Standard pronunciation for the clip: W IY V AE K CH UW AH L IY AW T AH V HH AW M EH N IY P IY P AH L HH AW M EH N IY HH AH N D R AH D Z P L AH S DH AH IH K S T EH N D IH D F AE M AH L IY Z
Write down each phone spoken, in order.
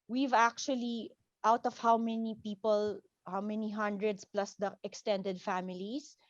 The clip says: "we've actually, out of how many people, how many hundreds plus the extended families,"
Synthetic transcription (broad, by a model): W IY V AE K CH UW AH L IY AW T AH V HH AW M EH N IY P IY P AH L HH AW M EH N IY HH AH N D R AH D S P L AH S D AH IH K S T EH N D IH D F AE M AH L IY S